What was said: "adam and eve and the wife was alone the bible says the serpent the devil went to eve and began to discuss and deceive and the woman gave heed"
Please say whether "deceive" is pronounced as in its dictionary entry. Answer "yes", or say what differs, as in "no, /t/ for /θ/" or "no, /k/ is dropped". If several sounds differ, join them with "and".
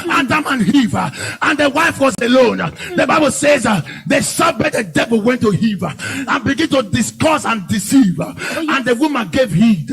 yes